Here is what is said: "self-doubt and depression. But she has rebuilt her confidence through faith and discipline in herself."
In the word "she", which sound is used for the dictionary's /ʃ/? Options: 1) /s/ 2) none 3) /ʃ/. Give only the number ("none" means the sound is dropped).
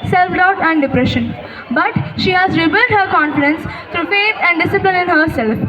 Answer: 3